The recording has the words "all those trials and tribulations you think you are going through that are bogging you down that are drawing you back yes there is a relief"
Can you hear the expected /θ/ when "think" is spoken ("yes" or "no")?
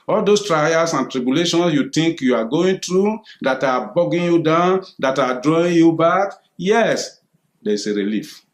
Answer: no